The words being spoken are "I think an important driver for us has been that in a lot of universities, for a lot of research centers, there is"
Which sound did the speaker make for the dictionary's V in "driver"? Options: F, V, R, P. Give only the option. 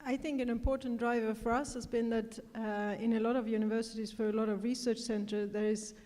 V